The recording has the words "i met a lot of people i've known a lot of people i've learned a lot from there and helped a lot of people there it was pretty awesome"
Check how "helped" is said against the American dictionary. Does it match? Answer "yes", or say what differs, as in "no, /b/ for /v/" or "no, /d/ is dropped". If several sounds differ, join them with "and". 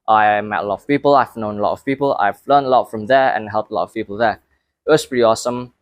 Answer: yes